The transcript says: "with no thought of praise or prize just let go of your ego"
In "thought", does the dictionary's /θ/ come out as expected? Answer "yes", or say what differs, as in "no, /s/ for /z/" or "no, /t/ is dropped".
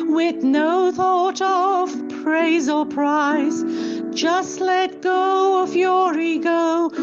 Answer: yes